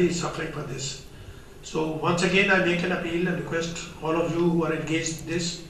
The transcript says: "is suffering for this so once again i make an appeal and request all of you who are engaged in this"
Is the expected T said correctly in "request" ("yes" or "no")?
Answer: yes